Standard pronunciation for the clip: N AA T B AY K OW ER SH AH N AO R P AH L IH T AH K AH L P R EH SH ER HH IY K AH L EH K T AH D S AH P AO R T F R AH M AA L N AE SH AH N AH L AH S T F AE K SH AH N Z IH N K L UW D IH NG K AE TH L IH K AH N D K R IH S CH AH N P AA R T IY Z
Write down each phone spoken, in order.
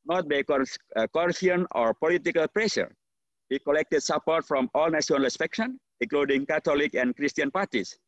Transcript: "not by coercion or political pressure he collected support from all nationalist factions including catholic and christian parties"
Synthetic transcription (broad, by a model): N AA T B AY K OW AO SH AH N AO R P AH L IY T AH K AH L P R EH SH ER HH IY K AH L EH K T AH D S AH P AO R T F R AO M AA L N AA S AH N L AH S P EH K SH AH N IH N K L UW D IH NG K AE T L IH K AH N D K R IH S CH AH N P AA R T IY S